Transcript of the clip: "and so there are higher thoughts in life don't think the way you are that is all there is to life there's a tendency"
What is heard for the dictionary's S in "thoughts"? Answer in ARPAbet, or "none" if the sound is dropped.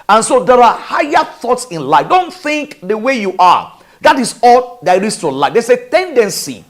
S